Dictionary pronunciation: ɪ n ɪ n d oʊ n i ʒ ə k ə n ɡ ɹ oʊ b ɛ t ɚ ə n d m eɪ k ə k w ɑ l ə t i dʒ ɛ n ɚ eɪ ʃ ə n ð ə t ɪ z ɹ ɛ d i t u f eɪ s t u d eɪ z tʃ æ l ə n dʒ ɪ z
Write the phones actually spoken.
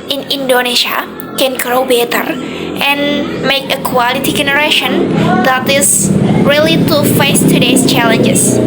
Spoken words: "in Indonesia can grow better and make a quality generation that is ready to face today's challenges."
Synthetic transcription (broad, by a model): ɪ n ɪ n d oʊ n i ʃ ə k ə n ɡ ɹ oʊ b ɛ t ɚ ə n m eɪ k ə k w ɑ l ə t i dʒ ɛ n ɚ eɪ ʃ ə n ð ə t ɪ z ɹ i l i t u f eɪ s t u d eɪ s tʃ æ l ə n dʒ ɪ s